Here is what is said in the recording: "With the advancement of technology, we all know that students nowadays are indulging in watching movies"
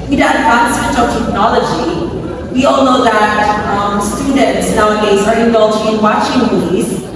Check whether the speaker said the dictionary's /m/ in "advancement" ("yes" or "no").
no